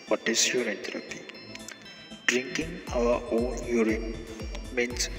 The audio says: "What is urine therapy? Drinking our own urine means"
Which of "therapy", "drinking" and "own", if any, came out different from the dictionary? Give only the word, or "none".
therapy